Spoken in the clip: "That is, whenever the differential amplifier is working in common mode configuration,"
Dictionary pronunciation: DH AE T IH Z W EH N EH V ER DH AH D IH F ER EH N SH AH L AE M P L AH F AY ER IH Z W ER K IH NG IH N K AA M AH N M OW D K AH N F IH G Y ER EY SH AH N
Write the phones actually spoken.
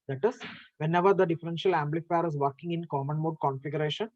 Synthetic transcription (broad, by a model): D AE T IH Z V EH N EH V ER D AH D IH F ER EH N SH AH L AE M B L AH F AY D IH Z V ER K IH NG IH N K AA M AH N M OW D K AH N F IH G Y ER EY SH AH N